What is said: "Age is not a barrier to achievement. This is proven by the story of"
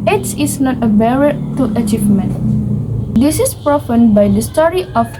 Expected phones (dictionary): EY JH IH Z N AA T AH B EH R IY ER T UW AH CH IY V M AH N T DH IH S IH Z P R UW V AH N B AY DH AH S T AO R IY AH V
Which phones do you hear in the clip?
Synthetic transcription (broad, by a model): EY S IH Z N AA T AH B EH R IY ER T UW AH CH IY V M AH N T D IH S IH S P R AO F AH N B AY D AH S T AO R IY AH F